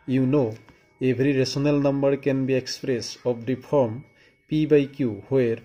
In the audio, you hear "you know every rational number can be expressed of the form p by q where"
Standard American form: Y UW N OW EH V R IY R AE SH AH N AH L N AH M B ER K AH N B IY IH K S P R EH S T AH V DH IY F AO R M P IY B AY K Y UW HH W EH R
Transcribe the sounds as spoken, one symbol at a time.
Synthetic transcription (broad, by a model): Y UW N OW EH B R IY R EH S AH N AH L N AH M B ER K AH N B IY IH K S P R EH S AH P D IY P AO R M P IY B AY K Y UW HH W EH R